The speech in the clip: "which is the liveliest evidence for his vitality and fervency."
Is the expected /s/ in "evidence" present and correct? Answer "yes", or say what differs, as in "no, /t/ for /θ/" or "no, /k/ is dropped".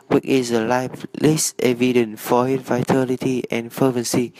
no, /s/ is dropped